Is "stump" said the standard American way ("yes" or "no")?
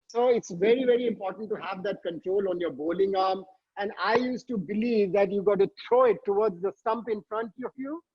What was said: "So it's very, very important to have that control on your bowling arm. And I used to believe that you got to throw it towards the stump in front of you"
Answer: yes